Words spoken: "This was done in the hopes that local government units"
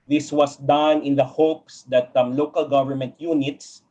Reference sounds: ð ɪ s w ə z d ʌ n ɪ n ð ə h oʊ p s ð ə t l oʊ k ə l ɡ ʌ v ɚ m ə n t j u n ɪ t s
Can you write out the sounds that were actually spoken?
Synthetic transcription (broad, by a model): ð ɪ s w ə s d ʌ n ɪ n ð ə h oʊ p s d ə t l oʊ k ə l ɡ ʌ v ɚ m ə n t j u n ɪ t s